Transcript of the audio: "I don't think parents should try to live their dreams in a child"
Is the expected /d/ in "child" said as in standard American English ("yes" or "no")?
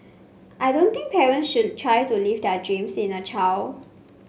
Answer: no